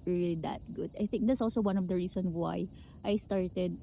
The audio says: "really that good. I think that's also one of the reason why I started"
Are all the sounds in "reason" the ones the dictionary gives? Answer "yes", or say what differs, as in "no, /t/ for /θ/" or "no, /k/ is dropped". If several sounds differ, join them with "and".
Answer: no, /s/ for /z/